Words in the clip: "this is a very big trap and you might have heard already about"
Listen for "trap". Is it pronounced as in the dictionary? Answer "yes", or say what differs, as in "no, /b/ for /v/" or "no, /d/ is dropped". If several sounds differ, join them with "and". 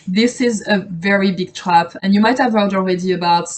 yes